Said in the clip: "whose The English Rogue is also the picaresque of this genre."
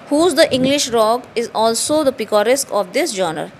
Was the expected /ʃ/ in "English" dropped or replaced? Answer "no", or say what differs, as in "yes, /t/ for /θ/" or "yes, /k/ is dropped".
no